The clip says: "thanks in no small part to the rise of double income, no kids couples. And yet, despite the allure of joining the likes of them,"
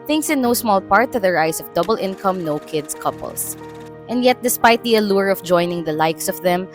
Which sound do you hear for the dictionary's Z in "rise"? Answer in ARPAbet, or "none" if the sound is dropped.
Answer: S